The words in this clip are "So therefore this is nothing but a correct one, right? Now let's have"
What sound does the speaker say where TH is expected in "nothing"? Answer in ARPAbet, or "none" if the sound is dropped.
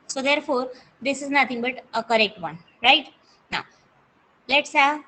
T